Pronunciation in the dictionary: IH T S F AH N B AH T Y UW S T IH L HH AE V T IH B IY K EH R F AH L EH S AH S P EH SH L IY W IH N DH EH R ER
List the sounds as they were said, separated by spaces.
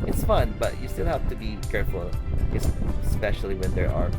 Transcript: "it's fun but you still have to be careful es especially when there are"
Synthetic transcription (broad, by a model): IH T S F AH N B AH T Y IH S T IH L HH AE F T IH B IY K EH R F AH L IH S S P EH SH L IY W IH N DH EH R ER